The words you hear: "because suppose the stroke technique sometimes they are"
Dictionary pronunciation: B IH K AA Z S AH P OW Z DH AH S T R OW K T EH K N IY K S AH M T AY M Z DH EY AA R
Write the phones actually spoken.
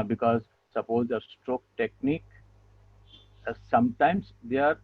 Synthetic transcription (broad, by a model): B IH K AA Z S AH P OW Z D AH S T R OW K T EH K N IY K S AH M T AY M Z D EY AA R